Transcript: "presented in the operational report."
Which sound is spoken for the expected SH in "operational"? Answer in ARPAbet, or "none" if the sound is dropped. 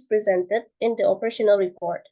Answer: SH